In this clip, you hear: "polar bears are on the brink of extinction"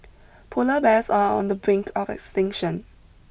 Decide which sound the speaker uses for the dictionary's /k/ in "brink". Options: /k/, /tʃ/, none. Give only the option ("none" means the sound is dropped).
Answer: /k/